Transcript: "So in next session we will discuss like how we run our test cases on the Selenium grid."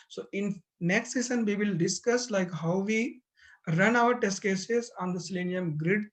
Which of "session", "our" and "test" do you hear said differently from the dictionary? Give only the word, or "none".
session